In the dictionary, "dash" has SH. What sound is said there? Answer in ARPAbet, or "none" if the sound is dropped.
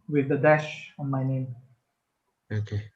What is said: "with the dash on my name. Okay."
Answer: SH